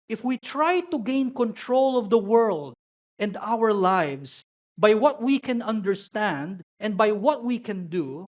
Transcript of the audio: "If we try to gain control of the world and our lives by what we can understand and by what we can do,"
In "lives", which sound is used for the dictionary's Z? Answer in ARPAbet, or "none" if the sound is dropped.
S